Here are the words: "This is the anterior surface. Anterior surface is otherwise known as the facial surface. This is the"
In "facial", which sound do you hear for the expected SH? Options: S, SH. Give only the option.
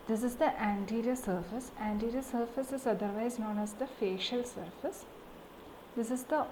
SH